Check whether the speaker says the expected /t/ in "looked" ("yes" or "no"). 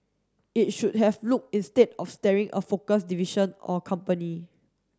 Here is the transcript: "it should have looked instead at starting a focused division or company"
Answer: no